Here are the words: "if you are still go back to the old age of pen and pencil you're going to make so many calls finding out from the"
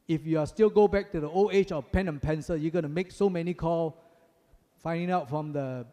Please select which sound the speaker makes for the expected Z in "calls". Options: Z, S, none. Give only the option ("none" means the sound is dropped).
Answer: none